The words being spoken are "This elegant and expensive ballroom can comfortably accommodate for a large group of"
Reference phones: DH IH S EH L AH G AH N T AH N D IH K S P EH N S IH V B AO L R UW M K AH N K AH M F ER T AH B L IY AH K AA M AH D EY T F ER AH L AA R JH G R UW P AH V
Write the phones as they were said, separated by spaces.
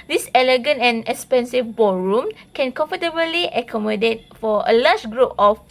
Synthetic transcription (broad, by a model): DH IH S EH L AH G AH N T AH N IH K S P EH N S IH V B AO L R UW M K AH N K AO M F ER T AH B L IY AH K AA M AH D EY T F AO AH L AA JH G R UW P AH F